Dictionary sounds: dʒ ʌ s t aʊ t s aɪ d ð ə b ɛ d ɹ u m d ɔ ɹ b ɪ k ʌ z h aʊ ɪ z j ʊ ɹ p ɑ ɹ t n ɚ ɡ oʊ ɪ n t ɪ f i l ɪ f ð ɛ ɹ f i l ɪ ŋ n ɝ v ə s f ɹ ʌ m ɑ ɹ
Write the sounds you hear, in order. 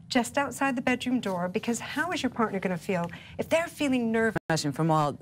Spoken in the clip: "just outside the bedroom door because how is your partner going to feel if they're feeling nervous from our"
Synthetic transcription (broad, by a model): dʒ ʌ s t aʊ t s aɪ d ð ə b ɛ d ɹ u m d ɔ ɹ b ɪ k ʌ z h aʊ ɪ z j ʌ ɹ p ɑ ɹ t n ɚ ɡ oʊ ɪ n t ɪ f i l ɪ f ð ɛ ɹ f i l ɪ ŋ n ɝ v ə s f ɹ ʌ m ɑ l